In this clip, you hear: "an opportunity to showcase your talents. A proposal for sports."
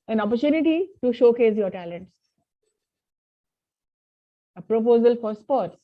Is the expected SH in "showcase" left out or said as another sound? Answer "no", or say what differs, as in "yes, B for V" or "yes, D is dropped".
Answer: no